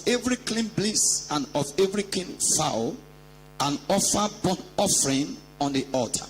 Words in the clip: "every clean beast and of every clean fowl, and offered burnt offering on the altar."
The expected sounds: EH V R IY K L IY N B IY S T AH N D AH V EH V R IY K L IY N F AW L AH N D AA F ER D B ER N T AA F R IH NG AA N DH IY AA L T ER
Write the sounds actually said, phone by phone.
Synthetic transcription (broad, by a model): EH V R IY K L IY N B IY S AH N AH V EH V R IY K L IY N F AW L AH N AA F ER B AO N AA F R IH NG AA N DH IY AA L T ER